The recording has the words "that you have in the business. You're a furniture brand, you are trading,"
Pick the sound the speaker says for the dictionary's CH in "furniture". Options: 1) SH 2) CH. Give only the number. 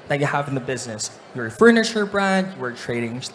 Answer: 1